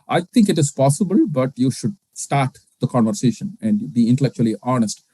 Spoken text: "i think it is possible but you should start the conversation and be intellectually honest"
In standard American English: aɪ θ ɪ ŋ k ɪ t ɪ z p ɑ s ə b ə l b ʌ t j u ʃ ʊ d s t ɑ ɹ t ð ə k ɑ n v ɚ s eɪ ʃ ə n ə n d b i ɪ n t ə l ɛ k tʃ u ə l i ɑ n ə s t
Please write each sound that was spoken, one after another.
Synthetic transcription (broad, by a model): aɪ t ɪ ŋ k ɪ t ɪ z p ɑ s ə b ə l b ʌ t j u ʃ ʊ d s t ɑ ɹ t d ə k ɑ n v ɚ s eɪ ʃ ə n ə n d b i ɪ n t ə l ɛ k tʃ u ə l i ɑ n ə s t